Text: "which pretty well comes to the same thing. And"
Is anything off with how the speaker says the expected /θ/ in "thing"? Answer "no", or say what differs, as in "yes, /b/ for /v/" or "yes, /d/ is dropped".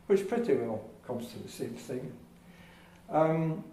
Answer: no